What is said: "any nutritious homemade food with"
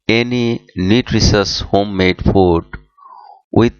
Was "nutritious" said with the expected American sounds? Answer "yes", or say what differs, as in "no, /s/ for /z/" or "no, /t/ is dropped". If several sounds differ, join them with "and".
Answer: no, /l/ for /n/ and /s/ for /ʃ/